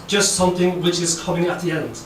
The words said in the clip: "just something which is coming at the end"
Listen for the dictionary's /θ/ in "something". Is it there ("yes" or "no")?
yes